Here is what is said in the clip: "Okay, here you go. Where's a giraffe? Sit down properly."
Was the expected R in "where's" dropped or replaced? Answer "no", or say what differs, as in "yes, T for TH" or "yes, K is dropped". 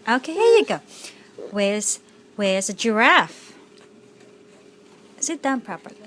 yes, W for R